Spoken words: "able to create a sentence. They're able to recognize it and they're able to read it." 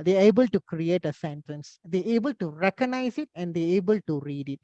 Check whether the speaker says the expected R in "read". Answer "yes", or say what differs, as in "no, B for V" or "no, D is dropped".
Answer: yes